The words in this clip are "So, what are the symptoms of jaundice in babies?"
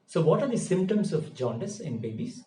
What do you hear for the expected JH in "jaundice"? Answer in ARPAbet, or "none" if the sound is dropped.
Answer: JH